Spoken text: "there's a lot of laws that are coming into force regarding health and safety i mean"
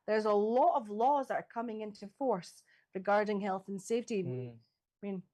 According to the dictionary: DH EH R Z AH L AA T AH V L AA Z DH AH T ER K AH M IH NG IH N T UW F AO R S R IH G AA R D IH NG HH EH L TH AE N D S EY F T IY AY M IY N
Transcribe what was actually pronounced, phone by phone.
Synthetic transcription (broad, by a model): DH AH R Z AH L AA T AH V L AA Z DH AH T ER K AH M IH NG IH N T UW F AO R S R IH G AA R D IH NG HH EH L TH N S EY F T IY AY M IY N